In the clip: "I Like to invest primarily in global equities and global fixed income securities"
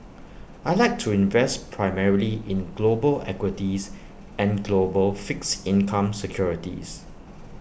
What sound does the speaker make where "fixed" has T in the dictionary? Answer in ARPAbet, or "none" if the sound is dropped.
none